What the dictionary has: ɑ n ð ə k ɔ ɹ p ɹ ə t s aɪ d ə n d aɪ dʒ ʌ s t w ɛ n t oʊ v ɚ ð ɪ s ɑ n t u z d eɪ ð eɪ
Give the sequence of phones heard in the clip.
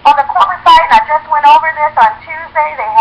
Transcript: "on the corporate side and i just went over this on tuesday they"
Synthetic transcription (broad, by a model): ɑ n ð ə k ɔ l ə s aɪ ə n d aɪ dʒ ʌ s t w ɛ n t oʊ v ɚ ð ɪ s n t u z d eɪ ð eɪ